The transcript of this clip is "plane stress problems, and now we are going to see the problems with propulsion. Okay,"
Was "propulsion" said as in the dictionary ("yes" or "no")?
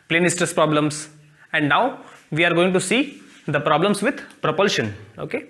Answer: yes